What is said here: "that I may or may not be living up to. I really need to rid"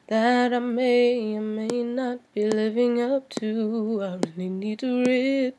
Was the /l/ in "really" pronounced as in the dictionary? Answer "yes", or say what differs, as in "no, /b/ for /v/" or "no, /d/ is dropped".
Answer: no, /n/ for /l/